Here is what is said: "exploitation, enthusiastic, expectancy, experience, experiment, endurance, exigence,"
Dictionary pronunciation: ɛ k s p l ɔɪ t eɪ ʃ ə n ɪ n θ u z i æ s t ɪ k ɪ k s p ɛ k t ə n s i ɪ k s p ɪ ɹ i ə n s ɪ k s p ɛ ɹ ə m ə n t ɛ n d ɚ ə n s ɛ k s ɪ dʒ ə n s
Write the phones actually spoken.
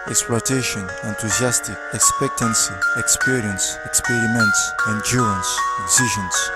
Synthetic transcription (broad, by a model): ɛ k s p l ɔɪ t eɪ ʃ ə n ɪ n t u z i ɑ s t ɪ k ɪ k s p ɛ k t ə n s i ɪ k s p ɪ ɹ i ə n s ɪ k s p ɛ ɹ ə m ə n t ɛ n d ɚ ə n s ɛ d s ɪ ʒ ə n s